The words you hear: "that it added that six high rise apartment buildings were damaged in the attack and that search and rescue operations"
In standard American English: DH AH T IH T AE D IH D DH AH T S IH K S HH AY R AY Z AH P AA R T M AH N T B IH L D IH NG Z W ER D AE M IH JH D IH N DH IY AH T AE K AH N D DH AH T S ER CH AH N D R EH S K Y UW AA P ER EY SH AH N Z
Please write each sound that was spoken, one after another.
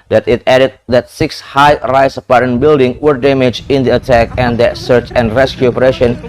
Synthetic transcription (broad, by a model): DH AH T IH T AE D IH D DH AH T S IH K S HH AY R AY S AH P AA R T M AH N B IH L D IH NG W ER D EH M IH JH IH N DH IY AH T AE K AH N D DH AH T S ER CH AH N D R EH S K Y UW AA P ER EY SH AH N